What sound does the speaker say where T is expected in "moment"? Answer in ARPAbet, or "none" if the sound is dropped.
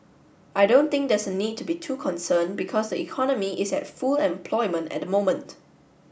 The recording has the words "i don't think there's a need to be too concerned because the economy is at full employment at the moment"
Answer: T